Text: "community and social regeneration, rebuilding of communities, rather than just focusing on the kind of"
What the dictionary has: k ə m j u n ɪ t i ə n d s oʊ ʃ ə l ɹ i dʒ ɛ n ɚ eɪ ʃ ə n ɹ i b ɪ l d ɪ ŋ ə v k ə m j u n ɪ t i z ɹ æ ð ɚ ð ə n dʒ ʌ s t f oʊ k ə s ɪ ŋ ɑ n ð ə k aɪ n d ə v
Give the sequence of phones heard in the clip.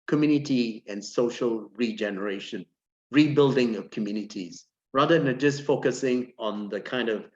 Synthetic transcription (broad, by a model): k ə m j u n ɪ t i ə n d s oʊ ʃ ə l ɹ i dʒ ɛ n ɚ eɪ ʃ ə n ɹ i b ɪ l d ɪ ŋ ə v k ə m j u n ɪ t i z ɹ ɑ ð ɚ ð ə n dʒ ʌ s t f oʊ k ə s ɪ ŋ ɑ n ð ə k aɪ n d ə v